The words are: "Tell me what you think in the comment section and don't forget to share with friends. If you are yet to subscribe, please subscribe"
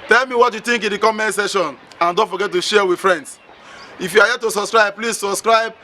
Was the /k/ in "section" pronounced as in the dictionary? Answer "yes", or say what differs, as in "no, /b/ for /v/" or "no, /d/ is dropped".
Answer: no, /k/ is dropped